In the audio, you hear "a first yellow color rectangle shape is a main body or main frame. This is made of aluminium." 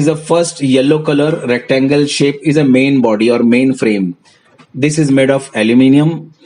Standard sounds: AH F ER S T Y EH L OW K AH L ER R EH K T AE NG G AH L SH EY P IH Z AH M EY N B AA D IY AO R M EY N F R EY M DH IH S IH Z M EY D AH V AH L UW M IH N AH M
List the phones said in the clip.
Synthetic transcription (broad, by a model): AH F ER S T Y EH L OW K AH L ER R EH K T AE NG G AH L SH EY P IH Z AH M EY N B AA D IY AO R M EY N F R EY M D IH S IH Z M EY D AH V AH L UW M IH N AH M